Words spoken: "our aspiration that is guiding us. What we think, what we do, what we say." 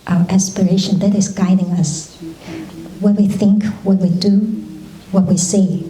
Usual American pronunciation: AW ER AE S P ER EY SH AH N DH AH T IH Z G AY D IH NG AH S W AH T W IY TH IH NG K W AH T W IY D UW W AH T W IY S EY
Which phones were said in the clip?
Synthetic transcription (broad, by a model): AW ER AE S P ER EY SH AH N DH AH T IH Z G AY D IH NG AH S W AH T W IY TH IH NG K W AH T W IY D UW W AH T W IY S EY